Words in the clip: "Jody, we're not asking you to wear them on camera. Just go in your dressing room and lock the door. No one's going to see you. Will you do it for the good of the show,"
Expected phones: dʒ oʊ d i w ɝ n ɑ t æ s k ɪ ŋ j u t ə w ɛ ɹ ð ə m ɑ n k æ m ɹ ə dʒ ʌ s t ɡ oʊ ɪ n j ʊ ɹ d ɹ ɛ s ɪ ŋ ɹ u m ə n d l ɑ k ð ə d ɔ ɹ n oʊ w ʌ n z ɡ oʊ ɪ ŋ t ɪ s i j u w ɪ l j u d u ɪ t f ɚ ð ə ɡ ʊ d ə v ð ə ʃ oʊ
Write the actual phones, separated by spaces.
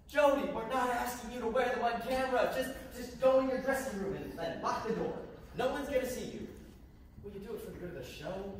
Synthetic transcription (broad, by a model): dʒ oʊ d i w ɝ n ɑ t æ s k ɪ ŋ j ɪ t ə w ɛ ɹ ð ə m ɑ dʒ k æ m ɹ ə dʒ ʌ s t ɡ oʊ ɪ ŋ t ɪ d ɹ ɛ s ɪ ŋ ɹ u m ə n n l ɑ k ð ə d ɔ ɹ n oʊ w ʌ n z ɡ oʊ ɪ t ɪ s i j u w ɪ l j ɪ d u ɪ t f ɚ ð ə ɡ ʊ d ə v ð ə ʃ oʊ